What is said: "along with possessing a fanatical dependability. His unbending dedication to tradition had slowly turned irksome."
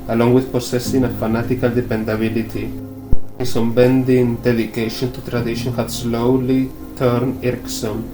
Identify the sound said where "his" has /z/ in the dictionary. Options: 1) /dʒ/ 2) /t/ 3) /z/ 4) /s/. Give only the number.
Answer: 4